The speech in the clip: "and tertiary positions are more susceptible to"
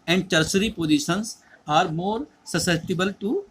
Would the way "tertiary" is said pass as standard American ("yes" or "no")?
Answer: no